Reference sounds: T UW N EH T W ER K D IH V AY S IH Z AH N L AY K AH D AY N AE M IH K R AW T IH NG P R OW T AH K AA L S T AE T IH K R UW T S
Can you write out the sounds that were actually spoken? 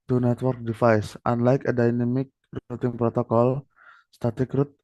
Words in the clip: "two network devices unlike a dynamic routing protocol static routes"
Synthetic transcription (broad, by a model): T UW N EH T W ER K D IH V AY S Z AH N L AY K AH D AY N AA M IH K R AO T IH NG P R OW T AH K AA L S T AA T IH K R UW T